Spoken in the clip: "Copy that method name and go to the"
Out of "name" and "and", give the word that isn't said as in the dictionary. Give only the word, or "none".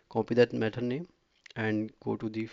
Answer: name